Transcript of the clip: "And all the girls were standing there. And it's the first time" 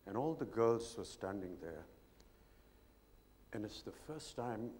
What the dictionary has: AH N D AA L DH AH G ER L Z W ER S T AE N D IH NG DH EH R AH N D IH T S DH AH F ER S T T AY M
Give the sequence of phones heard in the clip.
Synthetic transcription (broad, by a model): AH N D AA L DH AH G ER L Z W ER S T AE N D IH NG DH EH R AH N IH T S DH AH F ER S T T AY M